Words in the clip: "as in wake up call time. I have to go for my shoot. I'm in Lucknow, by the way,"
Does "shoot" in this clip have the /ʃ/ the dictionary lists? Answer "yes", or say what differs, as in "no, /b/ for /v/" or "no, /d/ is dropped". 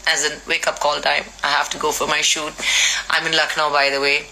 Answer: yes